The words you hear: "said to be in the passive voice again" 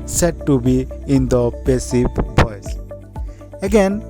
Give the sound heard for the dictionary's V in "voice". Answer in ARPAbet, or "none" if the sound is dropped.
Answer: P